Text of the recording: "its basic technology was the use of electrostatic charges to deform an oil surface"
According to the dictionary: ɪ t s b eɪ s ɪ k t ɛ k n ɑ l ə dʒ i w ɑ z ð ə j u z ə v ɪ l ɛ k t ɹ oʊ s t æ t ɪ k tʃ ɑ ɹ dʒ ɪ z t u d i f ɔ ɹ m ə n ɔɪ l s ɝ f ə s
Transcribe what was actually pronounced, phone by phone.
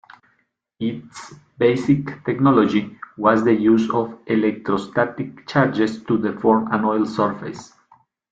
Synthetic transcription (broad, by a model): ɪ t s b eɪ s ɪ k t ɛ k n ɑ l ə dʒ i w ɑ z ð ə j u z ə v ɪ l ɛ k t ɹ oʊ s t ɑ t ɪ k tʃ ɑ ɹ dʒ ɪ s t u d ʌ f ɔ ɹ m ə n ɔɪ l s ɝ f ə s